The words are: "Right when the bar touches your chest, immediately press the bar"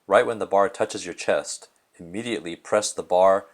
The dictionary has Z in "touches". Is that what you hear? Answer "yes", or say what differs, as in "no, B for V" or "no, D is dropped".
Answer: yes